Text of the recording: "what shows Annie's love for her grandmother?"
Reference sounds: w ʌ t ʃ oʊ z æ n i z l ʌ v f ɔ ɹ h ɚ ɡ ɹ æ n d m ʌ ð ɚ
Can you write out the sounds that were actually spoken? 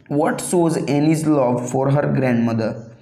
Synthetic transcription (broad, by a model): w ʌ t s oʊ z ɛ n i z l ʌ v f ɔ ɹ h ɚ ɡ ɹ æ n d m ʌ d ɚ